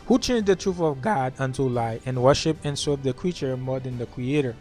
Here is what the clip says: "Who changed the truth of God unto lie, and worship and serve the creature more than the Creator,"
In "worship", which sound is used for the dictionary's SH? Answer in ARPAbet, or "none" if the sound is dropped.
SH